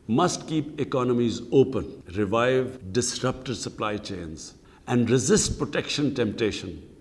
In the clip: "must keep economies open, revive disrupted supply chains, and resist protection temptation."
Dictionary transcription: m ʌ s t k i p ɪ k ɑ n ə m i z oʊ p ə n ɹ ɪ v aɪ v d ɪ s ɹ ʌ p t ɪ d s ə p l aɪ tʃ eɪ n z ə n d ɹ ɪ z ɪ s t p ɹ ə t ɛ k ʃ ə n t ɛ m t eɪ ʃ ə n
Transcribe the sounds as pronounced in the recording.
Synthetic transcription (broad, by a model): m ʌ s t k i p ɪ k ɑ n ə m i z oʊ p ə n ɹ ɪ v aɪ v d ɪ s ɹ ʌ p t ɪ d s ə p l aɪ tʃ eɪ n z ə n d ɹ ɪ z ɪ s t p ɹ ə t ɛ k ʃ ə n t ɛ m t eɪ ʃ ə n